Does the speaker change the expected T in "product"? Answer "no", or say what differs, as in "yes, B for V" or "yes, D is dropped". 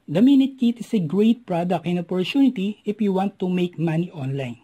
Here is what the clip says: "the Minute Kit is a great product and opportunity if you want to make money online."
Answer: yes, T is dropped